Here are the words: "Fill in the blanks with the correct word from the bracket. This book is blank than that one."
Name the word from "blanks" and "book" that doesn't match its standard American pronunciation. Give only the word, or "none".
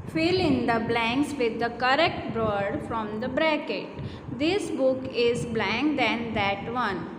none